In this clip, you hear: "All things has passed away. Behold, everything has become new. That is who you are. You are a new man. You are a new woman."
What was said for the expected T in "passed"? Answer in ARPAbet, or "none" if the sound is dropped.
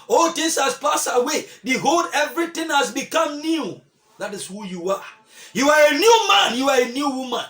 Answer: none